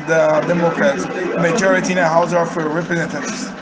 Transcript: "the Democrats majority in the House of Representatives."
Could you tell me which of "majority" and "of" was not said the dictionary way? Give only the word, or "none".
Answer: of